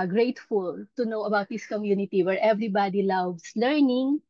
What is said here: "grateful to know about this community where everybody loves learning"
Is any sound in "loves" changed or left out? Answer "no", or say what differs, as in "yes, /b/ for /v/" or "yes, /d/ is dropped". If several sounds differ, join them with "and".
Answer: yes, /s/ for /z/